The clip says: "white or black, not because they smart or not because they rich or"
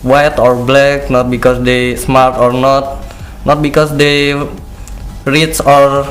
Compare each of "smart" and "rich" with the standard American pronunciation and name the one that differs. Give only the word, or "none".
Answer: rich